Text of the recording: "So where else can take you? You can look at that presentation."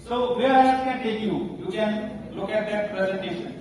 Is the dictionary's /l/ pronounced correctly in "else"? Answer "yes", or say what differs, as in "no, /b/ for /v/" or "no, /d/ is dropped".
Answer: no, /l/ is dropped